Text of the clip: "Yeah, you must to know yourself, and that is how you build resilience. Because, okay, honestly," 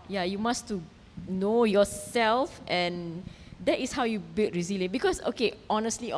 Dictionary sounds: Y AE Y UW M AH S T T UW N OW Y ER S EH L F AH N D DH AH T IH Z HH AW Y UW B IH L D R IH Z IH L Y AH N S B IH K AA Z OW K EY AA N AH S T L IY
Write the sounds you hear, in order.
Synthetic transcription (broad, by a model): Y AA Y UW M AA S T T UW N OW Y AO S EH L F AH N D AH T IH S HH AW Y UW B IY L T R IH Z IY L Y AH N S B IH K AA S OW K EY AA N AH S T L IY